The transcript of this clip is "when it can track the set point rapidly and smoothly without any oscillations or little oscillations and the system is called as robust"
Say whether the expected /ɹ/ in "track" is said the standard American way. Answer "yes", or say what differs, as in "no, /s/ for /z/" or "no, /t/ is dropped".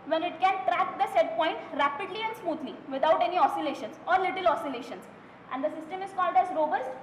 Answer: yes